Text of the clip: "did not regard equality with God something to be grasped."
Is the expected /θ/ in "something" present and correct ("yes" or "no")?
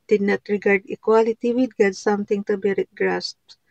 no